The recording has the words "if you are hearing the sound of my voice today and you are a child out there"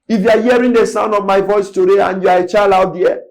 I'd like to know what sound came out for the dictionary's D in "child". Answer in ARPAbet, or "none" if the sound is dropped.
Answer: none